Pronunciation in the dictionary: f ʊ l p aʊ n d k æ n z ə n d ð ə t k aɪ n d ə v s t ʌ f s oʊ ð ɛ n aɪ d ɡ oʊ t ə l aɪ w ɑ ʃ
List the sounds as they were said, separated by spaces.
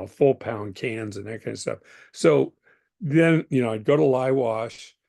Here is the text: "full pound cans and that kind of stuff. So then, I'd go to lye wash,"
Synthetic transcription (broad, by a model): f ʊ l p aʊ n k æ n z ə n ð ə t k aɪ n d s t ʌ f s oʊ ð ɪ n aɪ d ɡ oʊ t ə l aɪ w ɑ ʃ